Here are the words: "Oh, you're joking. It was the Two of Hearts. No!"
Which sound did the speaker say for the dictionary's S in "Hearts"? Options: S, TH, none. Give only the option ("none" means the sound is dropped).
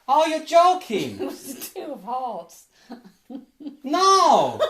none